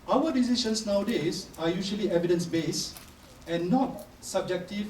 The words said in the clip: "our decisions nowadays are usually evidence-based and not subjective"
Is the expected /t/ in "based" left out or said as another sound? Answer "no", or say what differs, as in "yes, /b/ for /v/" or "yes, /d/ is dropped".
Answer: yes, /t/ is dropped